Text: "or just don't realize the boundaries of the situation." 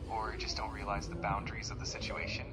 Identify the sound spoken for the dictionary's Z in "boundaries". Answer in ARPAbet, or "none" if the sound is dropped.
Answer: Z